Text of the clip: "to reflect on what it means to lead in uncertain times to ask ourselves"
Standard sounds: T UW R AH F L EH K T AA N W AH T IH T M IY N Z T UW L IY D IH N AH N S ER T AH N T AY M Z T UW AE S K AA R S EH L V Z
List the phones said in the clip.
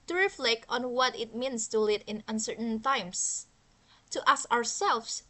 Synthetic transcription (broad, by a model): T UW R AH F L EH K T AA N W AH T IH T M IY N S T UW L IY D IH N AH N S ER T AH N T AY M S T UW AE S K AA R S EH L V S